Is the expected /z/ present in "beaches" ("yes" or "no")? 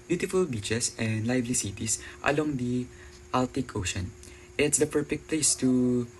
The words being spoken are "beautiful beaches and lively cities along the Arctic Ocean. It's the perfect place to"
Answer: no